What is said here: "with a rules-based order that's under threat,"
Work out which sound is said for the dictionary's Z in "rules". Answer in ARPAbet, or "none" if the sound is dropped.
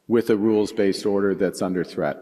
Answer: Z